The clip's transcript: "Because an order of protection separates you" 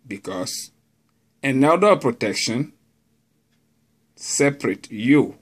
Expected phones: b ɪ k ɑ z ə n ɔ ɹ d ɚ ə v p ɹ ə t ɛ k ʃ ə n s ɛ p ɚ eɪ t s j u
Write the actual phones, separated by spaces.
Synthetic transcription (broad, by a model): b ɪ k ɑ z ə n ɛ l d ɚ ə p ɹ ə t ɛ k ʃ ə n s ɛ p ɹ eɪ t j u